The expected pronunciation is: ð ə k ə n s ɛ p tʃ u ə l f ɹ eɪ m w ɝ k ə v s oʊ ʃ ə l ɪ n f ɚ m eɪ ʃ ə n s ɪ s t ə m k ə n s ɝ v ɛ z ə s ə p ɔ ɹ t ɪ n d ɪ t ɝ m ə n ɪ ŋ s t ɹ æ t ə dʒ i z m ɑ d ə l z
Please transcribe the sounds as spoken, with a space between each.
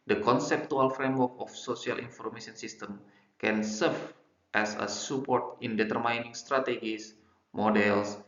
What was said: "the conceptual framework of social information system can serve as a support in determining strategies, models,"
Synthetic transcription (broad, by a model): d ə k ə n s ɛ p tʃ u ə l f ɹ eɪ m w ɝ k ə f s oʊ s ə l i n f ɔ m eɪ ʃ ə n s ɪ s t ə m k ə n s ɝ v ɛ s ə s ə p ɔ ɹ t ɪ n d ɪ t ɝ m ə n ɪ ŋ s t ɹ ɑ t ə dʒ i s m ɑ d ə l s